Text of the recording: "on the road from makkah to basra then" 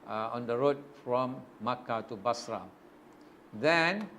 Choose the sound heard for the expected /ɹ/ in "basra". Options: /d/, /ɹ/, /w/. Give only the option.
/ɹ/